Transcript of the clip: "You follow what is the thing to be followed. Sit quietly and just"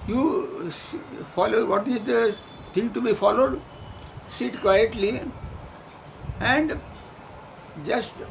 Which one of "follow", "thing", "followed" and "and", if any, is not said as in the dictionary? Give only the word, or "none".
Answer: thing